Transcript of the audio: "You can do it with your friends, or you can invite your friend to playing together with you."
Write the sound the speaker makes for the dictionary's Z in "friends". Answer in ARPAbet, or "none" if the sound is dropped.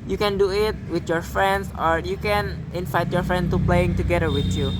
S